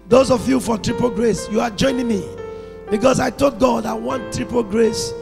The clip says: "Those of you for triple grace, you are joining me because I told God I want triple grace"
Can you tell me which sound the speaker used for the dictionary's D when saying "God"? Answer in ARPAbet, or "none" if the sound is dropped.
D